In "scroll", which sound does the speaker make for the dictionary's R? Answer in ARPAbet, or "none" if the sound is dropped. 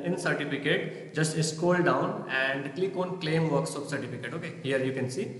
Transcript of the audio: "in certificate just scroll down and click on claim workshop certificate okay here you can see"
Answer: none